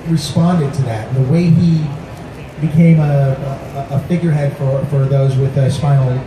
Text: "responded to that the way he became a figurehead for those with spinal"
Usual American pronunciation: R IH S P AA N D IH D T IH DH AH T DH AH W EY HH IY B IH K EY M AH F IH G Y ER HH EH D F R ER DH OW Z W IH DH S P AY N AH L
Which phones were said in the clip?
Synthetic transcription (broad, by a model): R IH S P AA N D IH D T IH DH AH T DH AH W EY IY B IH K EY M AH F IH G Y ER HH EH D F R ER DH OW Z W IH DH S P AY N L